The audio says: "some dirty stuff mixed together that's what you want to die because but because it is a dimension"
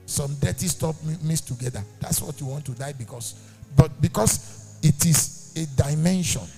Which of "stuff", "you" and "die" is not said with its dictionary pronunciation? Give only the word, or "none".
stuff